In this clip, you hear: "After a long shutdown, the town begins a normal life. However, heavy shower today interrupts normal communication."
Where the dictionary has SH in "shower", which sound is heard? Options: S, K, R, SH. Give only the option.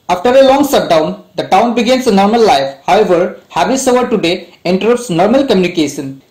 S